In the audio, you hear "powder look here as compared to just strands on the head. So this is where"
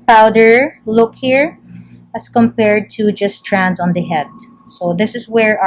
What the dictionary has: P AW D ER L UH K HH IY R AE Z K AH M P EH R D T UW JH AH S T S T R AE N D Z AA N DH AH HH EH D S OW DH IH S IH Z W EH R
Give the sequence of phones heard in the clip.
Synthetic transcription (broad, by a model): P AW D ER L UH K HH IY R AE S K AH M P EH R D T UW JH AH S S T R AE N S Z AA N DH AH HH EH D S OW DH IH S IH S W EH R